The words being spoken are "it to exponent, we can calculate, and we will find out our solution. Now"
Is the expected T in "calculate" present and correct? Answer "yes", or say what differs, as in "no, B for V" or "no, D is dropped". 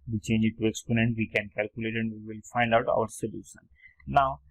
yes